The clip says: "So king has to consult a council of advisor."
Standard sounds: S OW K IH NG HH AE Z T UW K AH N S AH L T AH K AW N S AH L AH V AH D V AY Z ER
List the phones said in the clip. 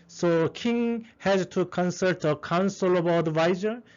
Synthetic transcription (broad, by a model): S OW K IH NG HH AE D T UW K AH N S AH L T AH K AW N S AH L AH B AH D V AY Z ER